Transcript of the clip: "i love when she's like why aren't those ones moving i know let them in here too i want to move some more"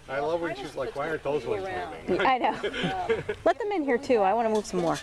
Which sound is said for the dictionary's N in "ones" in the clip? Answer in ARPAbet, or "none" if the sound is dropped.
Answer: none